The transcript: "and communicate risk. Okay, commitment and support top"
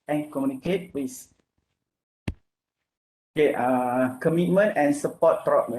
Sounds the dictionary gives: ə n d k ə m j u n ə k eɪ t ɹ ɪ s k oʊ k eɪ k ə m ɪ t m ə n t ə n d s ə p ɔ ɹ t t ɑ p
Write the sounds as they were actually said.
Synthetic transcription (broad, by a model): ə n k ə m j u n ə k eɪ t w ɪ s oʊ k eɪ k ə m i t m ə n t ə n s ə p ɔ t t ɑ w